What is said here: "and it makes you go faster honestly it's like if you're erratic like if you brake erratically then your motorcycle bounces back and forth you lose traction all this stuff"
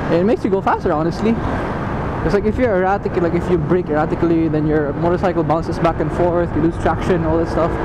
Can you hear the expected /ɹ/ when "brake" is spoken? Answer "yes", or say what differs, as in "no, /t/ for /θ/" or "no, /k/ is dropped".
yes